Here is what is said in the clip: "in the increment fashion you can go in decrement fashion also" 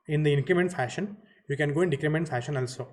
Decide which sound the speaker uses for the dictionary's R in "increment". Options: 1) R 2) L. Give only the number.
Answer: 1